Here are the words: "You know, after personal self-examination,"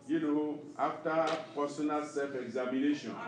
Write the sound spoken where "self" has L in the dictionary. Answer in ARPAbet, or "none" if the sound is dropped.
none